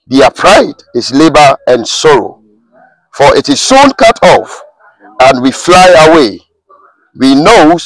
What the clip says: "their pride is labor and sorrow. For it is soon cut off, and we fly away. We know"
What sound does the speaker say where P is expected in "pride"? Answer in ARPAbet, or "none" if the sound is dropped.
P